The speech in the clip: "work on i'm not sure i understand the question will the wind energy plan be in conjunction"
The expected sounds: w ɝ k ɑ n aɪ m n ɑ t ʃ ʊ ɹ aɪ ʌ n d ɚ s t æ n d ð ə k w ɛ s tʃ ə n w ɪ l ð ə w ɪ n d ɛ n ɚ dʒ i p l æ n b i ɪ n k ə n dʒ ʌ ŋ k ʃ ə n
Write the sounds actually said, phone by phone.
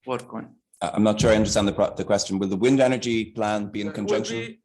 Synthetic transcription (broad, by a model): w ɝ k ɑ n aɪ m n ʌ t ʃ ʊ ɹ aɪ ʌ n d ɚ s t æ n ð ð ə k w ɛ s tʃ ə n w ɪ l ð ə w ɪ n d ɛ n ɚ dʒ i p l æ n b i ɪ n k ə n dʒ ʌ ŋ k ʃ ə n